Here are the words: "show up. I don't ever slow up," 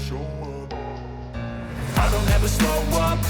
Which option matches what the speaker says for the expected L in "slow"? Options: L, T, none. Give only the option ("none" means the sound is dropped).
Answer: none